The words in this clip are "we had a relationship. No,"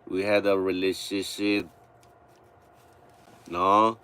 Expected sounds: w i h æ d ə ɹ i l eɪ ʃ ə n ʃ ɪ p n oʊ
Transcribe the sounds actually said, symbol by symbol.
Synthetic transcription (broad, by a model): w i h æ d ə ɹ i l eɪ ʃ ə ʃ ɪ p n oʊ